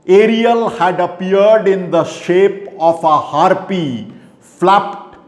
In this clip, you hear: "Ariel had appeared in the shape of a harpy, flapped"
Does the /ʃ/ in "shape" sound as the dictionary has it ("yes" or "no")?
yes